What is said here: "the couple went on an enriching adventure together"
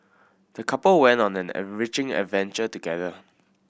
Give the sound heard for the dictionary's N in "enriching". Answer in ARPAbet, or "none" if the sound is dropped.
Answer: none